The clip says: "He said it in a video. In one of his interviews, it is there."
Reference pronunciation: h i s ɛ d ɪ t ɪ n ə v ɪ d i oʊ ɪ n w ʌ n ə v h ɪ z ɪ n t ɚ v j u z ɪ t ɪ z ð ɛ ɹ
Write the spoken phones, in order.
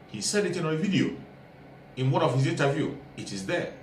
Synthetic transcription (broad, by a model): h i s ɛ d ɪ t ɪ n ə v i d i oʊ ɪ n w ʌ n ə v h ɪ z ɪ n t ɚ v j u ɪ t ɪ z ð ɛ